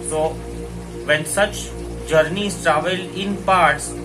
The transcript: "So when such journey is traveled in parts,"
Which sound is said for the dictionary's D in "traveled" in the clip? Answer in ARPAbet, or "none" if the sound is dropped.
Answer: none